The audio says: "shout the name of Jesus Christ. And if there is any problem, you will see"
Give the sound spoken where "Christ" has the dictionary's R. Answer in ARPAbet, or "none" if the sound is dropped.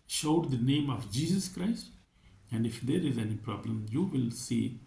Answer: R